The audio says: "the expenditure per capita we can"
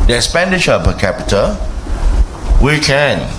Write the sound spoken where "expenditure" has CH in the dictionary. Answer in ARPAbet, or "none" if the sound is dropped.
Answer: SH